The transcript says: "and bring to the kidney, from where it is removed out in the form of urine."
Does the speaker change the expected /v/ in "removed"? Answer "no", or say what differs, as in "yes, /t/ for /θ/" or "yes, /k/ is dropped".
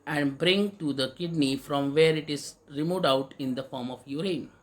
yes, /v/ is dropped